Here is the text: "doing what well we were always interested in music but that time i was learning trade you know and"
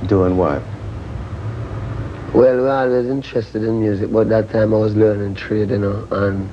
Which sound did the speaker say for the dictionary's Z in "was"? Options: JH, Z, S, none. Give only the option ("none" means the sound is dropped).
Z